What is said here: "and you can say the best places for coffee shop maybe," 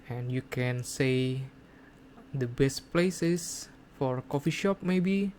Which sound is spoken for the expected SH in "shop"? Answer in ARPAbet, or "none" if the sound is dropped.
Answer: SH